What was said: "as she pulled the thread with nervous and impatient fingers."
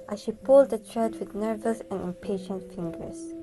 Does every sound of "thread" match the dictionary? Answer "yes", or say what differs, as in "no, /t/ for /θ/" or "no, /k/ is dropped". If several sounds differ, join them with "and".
no, /t/ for /θ/